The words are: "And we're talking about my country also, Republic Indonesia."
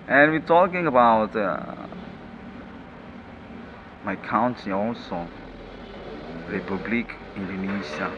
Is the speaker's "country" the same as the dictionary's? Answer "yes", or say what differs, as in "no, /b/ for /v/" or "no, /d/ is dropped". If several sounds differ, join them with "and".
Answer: no, /ɹ/ is dropped